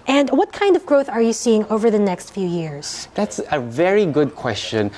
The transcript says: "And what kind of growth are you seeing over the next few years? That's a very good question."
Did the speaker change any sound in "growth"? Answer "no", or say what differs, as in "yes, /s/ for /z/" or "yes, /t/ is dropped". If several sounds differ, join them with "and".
no